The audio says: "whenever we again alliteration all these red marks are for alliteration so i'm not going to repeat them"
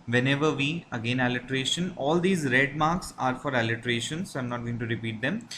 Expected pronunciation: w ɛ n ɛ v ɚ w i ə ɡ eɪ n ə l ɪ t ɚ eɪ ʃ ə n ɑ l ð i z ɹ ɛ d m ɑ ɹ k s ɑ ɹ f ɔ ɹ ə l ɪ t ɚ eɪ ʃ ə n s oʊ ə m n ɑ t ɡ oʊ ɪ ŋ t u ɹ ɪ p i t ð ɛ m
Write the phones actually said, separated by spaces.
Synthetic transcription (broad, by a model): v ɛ n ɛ v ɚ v i ə ɡ eɪ n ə l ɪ t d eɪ ʃ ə n ɑ l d i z ɹ ɛ d m ɑ ɹ k s ɑ ɹ f ɔ ɹ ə l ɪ t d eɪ ʃ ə n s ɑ ə m n ɑ t ɡ oʊ ɪ ŋ t u ɹ ɪ p i t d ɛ m